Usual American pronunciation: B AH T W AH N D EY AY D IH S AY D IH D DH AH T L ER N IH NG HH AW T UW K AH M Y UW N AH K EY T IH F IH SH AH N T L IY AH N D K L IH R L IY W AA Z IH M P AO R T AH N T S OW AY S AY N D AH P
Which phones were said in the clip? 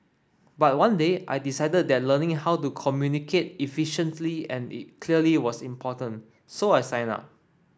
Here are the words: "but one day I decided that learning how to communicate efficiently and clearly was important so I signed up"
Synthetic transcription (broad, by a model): B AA T W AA N D EY AY D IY S AY D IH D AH T L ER N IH NG HH AW T UW K AH M Y UW N AH K EY T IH F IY SH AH N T L IY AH N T K L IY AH L IY W AA S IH M P AO T AH N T S OW AY S AY N AA P